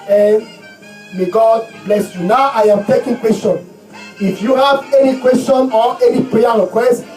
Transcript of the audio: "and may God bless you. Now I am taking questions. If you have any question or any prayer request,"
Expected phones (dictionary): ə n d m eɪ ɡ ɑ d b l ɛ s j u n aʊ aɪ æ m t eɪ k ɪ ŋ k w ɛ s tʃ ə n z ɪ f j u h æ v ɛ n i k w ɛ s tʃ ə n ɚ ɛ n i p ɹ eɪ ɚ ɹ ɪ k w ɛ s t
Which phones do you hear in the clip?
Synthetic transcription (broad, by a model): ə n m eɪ ɡ ɑ d b l ɛ s j u n aʊ aɪ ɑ m t eɪ k ɪ ŋ k w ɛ s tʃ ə n ɪ f j u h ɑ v ɛ n i k w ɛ s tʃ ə n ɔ ɛ n i p ɹ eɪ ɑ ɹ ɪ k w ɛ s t